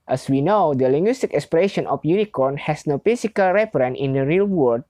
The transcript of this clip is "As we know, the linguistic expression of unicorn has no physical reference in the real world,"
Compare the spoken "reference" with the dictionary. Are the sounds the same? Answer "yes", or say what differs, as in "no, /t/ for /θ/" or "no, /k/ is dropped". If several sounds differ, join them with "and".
no, /s/ is dropped